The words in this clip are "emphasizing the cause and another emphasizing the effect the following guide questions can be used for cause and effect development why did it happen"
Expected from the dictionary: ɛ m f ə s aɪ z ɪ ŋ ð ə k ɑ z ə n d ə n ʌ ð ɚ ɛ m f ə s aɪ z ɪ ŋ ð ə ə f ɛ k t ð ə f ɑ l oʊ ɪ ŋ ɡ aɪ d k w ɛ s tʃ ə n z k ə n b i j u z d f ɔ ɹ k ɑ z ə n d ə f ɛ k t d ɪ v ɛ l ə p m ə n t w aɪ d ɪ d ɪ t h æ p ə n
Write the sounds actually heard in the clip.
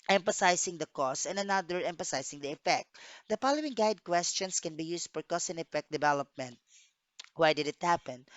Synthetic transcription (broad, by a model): ɛ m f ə s aɪ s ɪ ŋ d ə k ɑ s ə n d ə n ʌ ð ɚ ɛ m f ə s aɪ s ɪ ŋ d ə ə f ɛ k t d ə p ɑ l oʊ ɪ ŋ ɡ aɪ d k w ɛ s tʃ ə n s k ə n b i j u s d f ɔ ɹ k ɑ s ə n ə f ɛ k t d ɪ v ɛ l ə p m ə n t w aɪ d ɪ d ɪ t h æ p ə n